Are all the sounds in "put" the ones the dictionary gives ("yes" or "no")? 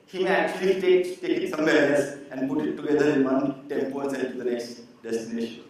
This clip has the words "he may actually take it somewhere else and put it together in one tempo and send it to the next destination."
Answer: yes